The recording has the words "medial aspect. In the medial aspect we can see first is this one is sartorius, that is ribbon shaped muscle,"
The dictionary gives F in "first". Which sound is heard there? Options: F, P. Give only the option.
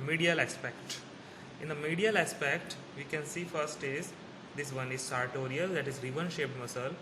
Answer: F